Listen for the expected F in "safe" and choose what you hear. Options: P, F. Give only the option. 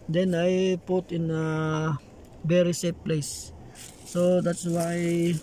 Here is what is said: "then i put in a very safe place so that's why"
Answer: P